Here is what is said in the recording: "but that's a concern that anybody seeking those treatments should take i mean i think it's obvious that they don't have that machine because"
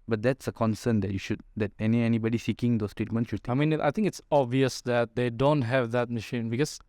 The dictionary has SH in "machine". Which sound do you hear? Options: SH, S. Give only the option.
SH